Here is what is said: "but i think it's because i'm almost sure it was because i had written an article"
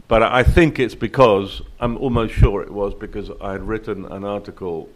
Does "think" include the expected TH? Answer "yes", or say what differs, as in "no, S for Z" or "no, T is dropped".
yes